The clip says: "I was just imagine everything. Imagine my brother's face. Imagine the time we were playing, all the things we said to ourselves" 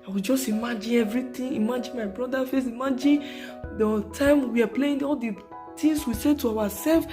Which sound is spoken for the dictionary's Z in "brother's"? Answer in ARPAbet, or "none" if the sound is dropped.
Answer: none